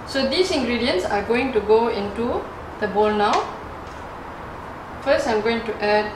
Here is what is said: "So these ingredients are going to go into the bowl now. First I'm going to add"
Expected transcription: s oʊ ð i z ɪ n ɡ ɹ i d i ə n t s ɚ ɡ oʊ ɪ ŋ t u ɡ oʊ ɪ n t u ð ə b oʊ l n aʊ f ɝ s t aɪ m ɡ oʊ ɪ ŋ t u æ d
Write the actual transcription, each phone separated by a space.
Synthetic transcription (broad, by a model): s oʊ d i s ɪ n ɡ ɹ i d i ə n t s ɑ ɡ oʊ ɪ ŋ t u ɡ oʊ ɪ n t u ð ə b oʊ l n aʊ f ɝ s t aɪ m ɡ oʊ ɪ ŋ t u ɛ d